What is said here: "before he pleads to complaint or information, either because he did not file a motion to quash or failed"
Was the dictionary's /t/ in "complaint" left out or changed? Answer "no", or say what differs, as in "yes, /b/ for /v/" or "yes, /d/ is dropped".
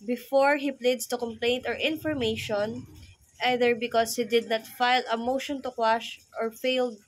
no